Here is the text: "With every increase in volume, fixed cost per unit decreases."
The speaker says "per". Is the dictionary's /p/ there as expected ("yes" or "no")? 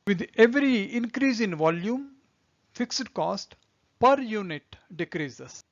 yes